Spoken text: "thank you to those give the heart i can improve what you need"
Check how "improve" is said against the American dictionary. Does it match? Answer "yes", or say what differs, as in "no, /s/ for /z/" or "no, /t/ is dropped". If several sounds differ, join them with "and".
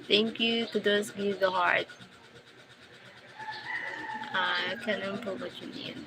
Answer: no, /ɹ/ is dropped